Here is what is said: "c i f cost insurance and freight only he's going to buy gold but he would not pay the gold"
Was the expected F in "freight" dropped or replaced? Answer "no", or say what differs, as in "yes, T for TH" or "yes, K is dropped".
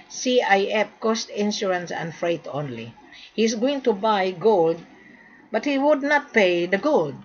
no